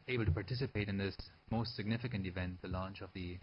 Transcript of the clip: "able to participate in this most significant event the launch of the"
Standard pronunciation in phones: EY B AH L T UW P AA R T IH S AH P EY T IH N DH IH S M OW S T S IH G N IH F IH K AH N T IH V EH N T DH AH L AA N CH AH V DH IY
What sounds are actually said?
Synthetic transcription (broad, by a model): EY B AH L T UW P AA R T IH S AH P EY T IH N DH IH S M OW S T S IH G N IH F IH K AH N T IH V EH N T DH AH L AA N CH AH V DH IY